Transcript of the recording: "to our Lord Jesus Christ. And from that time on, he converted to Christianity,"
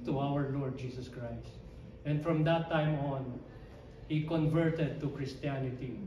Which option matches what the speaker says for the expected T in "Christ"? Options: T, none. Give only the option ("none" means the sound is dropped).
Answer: T